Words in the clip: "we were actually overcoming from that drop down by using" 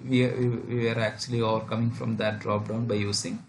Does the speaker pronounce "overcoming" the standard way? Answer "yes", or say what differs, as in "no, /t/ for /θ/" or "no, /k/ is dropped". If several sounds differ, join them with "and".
yes